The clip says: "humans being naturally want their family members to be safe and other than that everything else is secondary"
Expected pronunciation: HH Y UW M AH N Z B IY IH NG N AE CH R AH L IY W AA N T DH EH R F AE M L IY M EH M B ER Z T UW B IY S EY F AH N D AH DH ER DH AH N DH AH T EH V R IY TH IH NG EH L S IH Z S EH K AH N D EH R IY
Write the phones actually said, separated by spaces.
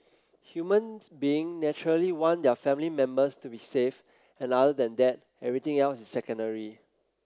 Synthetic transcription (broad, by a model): HH Y UW M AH N S B IY IH NG N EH CH R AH L IY W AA N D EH F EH M L IY M EH M B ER S T UW B IY S EY F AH N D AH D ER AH N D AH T EH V R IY T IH NG EH L S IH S S EH K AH N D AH R IY